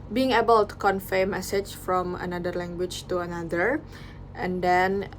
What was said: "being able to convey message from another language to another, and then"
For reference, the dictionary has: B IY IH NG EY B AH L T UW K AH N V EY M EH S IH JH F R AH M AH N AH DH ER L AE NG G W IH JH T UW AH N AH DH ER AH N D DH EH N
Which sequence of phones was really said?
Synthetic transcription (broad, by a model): B IY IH NG EY B AH L T UW K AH N F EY M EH S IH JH F R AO M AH N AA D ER L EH NG G W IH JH T UW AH N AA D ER AH N D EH N